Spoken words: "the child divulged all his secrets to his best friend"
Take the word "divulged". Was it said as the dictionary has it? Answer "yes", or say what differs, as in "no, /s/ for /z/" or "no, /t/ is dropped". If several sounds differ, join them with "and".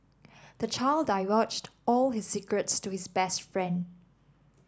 no, /w/ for /v/